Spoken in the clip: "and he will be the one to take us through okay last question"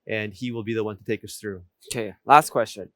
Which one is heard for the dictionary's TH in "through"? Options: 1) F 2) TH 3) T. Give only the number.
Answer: 2